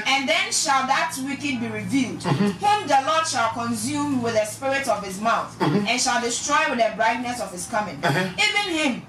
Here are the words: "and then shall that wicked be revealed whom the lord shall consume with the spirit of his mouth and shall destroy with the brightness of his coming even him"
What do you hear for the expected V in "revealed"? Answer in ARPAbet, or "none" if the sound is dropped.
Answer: V